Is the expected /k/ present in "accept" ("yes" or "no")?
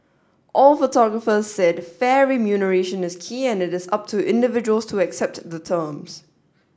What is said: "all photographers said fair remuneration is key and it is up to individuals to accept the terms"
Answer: yes